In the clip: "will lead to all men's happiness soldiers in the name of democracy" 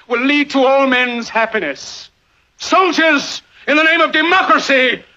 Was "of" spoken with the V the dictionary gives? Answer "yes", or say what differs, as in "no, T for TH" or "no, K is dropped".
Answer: yes